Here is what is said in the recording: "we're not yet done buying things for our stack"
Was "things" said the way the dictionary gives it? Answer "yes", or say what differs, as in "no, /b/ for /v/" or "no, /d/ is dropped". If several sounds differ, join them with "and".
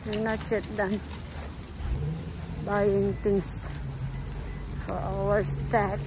no, /t/ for /θ/ and /s/ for /z/